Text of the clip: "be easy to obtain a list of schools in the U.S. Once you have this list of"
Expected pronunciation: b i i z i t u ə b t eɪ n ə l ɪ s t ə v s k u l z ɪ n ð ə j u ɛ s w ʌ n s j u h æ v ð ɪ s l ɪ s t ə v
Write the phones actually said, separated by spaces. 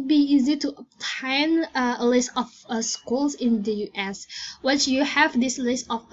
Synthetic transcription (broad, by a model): b i i z i t u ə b t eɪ n ə l ɪ s t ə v s k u l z ɪ n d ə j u ɛ s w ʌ s j u h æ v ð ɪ s l ɪ s t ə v